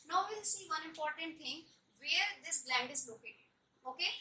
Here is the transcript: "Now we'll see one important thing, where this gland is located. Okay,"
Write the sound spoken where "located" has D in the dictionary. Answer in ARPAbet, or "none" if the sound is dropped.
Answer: none